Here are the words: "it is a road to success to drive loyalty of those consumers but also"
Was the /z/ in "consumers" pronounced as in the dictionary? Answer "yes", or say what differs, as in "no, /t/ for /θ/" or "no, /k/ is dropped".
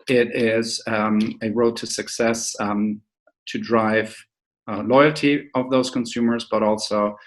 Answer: yes